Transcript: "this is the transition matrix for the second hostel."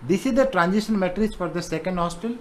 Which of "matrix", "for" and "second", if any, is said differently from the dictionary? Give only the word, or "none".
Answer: matrix